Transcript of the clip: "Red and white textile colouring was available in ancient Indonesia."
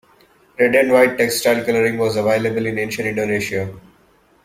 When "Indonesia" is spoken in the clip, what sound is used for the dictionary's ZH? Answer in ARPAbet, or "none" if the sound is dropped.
SH